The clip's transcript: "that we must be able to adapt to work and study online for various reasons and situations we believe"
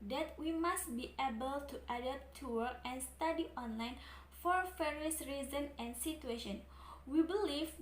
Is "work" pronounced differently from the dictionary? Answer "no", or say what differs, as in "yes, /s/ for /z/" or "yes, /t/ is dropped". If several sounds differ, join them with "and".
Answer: yes, /k/ is dropped